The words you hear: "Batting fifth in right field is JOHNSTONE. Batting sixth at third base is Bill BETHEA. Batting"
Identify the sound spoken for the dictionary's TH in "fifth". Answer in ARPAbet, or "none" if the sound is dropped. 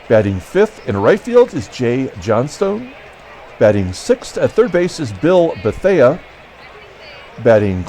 TH